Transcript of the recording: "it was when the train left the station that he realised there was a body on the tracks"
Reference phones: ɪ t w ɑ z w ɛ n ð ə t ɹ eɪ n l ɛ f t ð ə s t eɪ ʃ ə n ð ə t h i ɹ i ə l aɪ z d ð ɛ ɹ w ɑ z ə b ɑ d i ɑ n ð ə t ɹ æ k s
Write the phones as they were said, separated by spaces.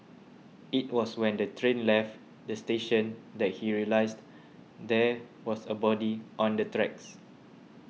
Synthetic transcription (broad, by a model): ɪ t w ɑ s w ɛ n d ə t ɹ eɪ n l ɛ f t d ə s t eɪ ʃ ə n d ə t h i ɹ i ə l aɪ s d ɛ w ɑ s ə b ɑ d i ɑ n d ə t ɹ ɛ k s